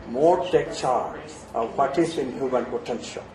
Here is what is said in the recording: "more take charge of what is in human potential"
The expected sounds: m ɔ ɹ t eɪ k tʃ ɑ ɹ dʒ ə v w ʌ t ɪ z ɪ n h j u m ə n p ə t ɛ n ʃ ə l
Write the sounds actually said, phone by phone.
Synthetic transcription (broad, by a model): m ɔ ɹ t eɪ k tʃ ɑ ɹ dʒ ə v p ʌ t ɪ s ɪ n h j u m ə n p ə t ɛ n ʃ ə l